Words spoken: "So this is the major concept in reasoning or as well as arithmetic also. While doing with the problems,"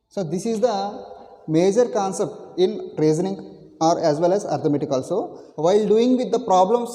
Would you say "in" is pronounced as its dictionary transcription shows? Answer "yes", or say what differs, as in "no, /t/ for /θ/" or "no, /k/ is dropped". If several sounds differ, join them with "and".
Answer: no, /l/ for /n/